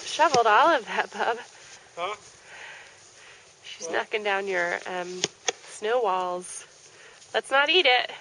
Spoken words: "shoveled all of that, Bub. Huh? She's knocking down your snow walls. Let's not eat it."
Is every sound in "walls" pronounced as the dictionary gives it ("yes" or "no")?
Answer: yes